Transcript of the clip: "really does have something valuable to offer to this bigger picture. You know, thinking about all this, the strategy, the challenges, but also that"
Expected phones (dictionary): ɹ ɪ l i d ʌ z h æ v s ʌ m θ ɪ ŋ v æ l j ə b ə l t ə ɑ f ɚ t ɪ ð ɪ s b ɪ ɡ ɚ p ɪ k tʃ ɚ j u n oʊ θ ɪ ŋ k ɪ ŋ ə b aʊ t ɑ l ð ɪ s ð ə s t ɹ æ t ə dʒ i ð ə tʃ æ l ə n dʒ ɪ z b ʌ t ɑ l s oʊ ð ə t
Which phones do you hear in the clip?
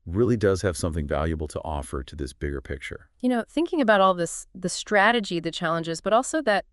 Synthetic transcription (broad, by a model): ɹ ɪ l i d ʌ z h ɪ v s ʌ m θ ɪ ŋ v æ l j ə b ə l t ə ɑ f ɚ t ɪ ð ɪ s b ɪ ɡ ɚ p ɪ k tʃ ɚ j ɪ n oʊ θ ɪ ŋ k ɪ ŋ ə b aʊ t ɑ l ð ɪ s ð ə s t ɹ æ t ə dʒ i ð ə tʃ æ l ə n dʒ ɪ z b ʌ t ɑ l s oʊ ð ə t